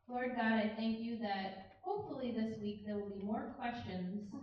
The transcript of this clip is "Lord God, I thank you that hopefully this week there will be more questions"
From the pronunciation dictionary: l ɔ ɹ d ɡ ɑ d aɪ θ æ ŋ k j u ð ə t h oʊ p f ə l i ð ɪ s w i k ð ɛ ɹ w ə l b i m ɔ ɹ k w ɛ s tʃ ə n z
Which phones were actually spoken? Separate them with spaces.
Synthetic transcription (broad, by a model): l ɔ ɹ d ɡ ɑ d aɪ θ æ ŋ k j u ð ə t h oʊ p f l i ð ɪ s w i k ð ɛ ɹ w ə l b i m ɔ ɹ k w ɛ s tʃ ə n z